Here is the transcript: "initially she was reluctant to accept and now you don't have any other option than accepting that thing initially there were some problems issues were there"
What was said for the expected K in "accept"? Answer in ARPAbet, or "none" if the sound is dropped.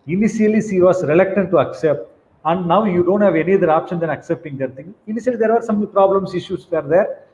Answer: K